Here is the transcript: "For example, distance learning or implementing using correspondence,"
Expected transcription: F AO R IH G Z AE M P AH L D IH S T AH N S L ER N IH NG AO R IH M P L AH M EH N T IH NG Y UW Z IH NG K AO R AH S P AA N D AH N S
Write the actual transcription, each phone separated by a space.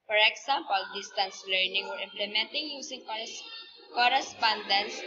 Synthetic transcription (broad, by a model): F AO R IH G S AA M P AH L D IH S T AH N S L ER N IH NG AO R IH M P L AH M EH N T IH NG Y UW S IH NG K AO R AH S P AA N D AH N S